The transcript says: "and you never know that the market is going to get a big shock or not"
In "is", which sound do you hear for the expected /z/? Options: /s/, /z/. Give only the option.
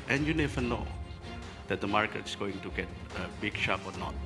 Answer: /s/